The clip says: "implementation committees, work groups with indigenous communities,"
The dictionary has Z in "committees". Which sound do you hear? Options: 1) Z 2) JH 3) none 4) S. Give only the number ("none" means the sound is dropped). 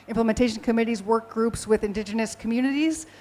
1